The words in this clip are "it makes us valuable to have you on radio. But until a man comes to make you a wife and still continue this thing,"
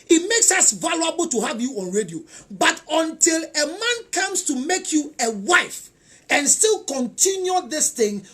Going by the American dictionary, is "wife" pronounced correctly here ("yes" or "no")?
yes